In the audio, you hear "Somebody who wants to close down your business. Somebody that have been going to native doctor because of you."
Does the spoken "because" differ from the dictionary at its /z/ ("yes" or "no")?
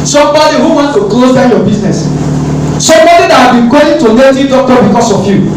yes